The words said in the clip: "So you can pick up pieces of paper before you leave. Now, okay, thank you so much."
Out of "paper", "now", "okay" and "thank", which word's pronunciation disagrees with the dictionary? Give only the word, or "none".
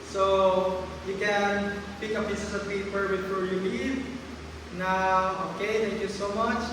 thank